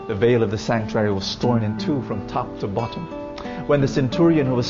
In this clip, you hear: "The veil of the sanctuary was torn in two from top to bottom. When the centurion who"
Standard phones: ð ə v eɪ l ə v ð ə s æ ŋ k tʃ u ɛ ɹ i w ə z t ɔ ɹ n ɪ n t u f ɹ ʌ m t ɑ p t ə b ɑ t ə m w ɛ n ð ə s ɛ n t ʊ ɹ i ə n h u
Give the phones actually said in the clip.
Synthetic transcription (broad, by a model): ð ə v eɪ l ə v ð ə s æ ŋ k tʃ u ɛ ɹ i w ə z t ɔ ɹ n ɪ n t u f ɹ ʌ m t ɑ p t ə b ɑ t ə m w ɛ n ð ə s ɛ n t ʊ ɹ i ə n h u